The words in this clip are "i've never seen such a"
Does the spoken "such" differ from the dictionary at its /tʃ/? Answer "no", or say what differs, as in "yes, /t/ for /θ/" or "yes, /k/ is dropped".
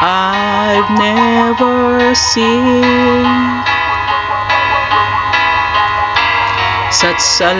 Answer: yes, /s/ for /tʃ/